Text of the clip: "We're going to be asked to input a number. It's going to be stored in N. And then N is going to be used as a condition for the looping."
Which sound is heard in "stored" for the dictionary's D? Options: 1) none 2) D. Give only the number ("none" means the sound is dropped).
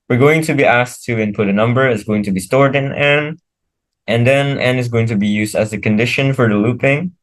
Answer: 2